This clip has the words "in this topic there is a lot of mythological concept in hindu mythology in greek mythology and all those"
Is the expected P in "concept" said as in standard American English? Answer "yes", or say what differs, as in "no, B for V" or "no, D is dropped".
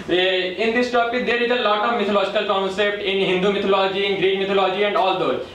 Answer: yes